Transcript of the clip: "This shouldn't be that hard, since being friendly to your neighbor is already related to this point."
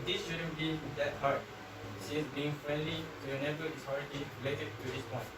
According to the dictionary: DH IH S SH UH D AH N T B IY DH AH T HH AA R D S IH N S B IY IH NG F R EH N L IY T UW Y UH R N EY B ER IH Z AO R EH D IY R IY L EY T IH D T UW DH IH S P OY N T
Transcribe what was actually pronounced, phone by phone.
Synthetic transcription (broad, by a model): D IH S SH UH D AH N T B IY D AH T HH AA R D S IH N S B IY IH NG F R EH N L IY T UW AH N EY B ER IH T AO R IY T IY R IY L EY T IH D T UW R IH S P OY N